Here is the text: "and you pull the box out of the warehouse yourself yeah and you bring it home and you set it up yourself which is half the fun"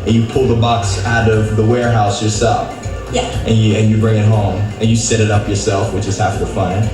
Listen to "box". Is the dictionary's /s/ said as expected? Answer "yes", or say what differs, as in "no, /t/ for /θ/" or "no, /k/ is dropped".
yes